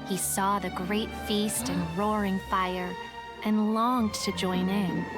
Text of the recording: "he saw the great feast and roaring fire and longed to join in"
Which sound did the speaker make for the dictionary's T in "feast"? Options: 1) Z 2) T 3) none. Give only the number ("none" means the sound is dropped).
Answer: 2